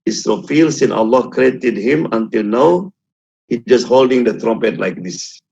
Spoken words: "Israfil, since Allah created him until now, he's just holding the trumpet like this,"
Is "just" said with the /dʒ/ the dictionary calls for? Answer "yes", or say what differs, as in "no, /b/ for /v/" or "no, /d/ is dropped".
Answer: yes